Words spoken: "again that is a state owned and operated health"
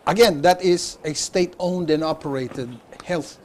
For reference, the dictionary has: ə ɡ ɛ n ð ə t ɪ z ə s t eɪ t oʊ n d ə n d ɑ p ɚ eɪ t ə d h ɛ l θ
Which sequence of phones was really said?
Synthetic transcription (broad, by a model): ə ɡ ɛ n ð ə t ɪ z ə s t eɪ t oʊ n d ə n ɑ p ɚ eɪ t ə d h ɛ l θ